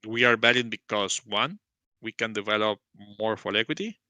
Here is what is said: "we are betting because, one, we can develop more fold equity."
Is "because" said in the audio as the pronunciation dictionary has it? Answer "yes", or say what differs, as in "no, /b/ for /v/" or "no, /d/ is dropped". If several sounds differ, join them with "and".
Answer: no, /s/ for /z/